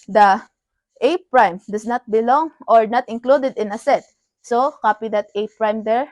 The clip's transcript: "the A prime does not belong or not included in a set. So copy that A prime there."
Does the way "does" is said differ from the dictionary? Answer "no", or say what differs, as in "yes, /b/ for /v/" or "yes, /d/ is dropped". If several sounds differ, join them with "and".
yes, /s/ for /z/